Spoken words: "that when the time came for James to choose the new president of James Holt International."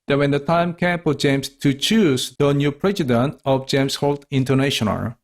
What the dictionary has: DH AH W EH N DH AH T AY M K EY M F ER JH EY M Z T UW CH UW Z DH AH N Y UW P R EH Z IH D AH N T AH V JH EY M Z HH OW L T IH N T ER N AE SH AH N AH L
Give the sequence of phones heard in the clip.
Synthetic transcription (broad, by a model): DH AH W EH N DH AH T AY M K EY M P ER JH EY M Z T UW CH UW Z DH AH N Y UW P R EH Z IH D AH N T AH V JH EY M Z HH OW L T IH N T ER N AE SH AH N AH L